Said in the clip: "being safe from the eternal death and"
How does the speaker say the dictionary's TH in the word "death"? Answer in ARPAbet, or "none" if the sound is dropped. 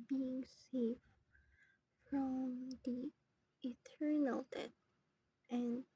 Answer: T